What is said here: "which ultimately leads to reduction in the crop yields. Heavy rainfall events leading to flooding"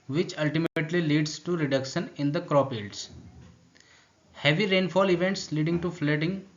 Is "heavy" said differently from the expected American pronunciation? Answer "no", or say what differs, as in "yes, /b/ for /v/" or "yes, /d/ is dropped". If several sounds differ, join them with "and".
no